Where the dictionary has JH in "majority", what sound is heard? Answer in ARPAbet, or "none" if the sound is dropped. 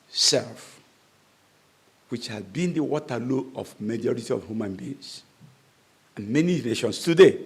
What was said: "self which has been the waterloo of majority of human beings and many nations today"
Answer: JH